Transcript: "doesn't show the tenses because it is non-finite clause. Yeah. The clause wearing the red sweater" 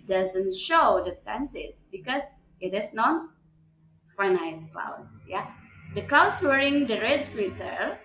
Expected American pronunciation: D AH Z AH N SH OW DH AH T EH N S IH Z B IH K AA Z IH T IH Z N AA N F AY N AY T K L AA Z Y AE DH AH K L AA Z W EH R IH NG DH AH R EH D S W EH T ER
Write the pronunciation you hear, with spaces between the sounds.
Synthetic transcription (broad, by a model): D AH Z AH N SH OW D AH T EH N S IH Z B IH K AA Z IH T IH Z N AA N F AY N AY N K L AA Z Y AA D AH K L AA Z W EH R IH NG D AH R EH D S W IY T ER